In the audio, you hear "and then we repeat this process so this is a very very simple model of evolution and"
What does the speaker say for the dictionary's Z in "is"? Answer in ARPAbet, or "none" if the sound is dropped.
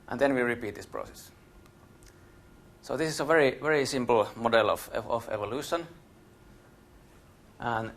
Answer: S